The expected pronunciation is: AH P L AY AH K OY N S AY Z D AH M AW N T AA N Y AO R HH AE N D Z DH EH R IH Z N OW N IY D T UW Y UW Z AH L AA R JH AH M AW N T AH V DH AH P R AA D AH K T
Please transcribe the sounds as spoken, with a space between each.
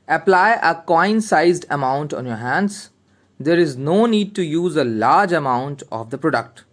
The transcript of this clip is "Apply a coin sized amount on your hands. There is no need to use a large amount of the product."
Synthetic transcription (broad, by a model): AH P L AY AH K OY N S AY Z D AH M AW N T AA N Y AO R HH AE N D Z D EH R IH Z N OW N IY D T UW Y UW Z AH L AA R JH AH M AW N T AH V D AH P R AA D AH K T